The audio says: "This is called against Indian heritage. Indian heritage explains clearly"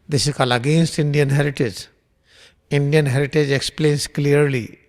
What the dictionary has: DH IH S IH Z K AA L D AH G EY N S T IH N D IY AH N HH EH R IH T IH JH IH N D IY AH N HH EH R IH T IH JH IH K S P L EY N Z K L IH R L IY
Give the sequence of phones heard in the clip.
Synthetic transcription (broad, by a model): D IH S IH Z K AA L AH G EY N S T IH N D IY AH N HH EH R IH T IH JH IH N D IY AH N HH EH R IH T IH JH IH K S P L EY N S K L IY R L IY